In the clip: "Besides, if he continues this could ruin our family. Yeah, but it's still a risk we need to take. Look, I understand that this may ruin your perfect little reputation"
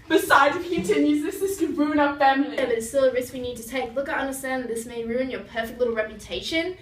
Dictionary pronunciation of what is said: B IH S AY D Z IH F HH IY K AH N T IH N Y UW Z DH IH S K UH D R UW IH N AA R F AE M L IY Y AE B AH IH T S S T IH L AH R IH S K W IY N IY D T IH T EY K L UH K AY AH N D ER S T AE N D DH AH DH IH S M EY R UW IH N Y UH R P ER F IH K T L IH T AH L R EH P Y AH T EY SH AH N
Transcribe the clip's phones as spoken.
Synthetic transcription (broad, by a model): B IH S AY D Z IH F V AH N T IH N Y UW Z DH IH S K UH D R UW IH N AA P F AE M IY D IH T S S T IH L AH R IH S K W IY N IY D T IH T EY K L UH K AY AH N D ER S T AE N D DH DH IH S M EY R UW IH N Y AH R P ER F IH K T L IH T L R EH P Y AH T EY SH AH N